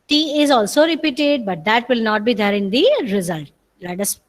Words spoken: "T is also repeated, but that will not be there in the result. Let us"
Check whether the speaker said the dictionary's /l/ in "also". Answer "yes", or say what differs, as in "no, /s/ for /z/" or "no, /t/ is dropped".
yes